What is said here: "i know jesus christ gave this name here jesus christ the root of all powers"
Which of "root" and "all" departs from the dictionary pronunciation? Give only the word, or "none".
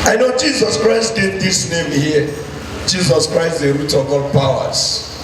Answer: none